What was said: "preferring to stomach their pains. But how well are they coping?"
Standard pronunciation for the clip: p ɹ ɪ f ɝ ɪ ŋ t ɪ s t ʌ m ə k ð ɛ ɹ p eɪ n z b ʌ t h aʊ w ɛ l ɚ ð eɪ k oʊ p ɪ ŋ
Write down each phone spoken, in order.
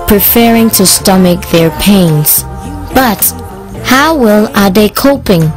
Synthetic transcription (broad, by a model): p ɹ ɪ f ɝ ɪ ŋ t ɪ s t ʌ m ə k ð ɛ ɹ p eɪ n z b ʌ t h aʊ w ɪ l ɚ ð eɪ k oʊ p ɪ ŋ